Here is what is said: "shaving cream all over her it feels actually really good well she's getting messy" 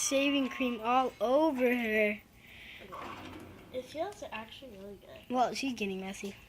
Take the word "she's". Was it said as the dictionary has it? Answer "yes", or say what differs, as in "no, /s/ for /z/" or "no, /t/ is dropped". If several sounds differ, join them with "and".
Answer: yes